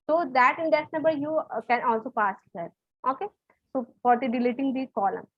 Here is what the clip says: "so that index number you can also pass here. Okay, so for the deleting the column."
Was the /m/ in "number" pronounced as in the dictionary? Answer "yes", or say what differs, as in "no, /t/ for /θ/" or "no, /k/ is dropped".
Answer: no, /m/ is dropped